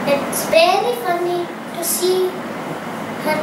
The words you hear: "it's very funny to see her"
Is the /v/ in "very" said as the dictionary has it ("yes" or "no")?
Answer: no